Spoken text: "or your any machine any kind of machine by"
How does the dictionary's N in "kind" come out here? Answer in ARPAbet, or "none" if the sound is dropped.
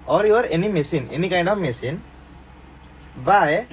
none